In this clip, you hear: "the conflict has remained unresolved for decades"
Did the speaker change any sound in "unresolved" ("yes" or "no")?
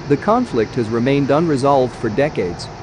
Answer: no